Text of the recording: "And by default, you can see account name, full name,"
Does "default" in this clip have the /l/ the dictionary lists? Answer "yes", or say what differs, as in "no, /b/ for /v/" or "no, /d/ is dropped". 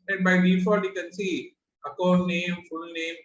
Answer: no, /l/ is dropped